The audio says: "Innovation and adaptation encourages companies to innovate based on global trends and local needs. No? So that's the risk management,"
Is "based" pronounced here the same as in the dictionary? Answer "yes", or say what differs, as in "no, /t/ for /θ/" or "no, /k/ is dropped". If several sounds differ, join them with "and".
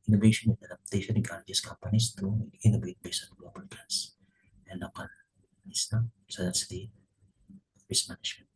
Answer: no, /t/ is dropped